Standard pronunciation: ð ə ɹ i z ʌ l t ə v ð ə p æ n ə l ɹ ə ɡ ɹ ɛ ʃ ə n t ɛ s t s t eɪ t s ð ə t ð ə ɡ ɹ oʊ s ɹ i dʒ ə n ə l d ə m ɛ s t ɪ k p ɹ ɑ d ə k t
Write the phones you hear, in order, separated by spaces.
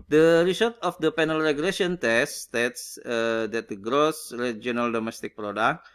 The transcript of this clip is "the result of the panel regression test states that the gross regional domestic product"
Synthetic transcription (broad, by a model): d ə ɹ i s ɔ t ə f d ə p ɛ n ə l ɹ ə ɡ l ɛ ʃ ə n t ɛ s s t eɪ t s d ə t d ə ɡ ɹ oʊ s ɹ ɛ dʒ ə n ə l d ə m ɛ s t ɪ k p ɹ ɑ d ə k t